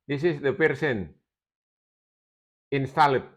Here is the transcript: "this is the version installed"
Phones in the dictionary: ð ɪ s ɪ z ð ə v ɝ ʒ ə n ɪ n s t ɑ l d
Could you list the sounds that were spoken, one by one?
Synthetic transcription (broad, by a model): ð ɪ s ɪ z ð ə p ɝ s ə n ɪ n s t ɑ l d